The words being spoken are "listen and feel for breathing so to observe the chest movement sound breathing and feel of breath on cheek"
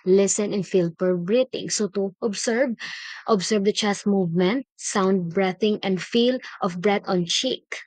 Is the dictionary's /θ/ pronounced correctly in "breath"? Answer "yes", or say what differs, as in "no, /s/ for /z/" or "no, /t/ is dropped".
no, /t/ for /θ/